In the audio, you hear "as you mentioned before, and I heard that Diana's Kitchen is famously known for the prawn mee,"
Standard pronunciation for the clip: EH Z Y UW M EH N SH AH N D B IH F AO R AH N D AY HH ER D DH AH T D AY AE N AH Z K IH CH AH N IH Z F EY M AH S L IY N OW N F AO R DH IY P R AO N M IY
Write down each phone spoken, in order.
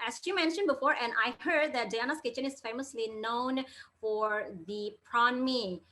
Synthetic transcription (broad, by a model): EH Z Y UW M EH N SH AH N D B IH F AO R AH N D AY HH ER D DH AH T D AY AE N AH S K IH CH AH N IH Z F EY M AH S L IY N OW N F AO R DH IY P R AO N M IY